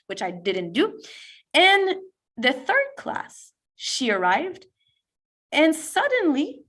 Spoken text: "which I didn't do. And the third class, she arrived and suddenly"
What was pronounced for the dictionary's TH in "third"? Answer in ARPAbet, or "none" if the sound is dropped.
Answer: TH